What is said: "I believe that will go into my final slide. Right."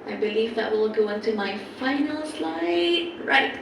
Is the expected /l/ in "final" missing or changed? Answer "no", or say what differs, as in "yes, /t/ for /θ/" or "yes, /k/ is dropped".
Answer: no